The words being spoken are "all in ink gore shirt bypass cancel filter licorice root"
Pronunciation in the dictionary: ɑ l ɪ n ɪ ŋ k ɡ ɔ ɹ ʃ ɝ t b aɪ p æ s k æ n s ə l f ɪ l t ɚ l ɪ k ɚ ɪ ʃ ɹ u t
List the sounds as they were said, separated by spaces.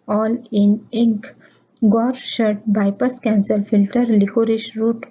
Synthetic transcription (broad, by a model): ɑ l ɪ n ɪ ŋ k ɡ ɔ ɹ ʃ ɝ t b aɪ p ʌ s k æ n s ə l f ɪ l t ɚ l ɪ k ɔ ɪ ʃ ɹ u t